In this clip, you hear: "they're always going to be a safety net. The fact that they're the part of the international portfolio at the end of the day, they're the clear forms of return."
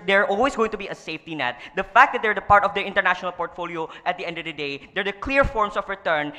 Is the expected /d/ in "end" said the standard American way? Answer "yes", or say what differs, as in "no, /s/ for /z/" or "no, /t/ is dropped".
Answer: yes